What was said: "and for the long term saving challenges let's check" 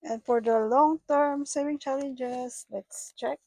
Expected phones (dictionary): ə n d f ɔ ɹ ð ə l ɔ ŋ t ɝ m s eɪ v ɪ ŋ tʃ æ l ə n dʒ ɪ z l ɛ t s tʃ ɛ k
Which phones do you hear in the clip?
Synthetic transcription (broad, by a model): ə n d f ɔ ɹ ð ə l ɔ ŋ t ɝ m s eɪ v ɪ ŋ tʃ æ l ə n dʒ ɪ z l ɛ t s tʃ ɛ k